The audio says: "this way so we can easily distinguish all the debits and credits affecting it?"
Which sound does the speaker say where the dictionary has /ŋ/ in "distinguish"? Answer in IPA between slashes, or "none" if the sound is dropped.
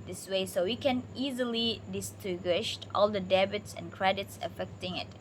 none